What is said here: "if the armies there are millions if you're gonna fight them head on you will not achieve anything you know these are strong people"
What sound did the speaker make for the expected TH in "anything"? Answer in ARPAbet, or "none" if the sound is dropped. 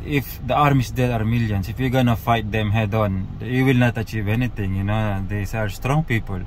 T